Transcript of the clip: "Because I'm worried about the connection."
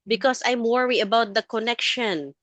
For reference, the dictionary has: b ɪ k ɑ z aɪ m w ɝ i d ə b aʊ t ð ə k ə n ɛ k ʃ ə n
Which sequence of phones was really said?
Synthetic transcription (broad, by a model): b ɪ k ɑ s aɪ m w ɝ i ə b aʊ t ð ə k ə n ɛ k ʃ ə n